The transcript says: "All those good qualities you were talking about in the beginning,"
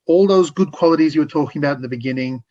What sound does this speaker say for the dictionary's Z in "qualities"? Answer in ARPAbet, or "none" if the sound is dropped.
Z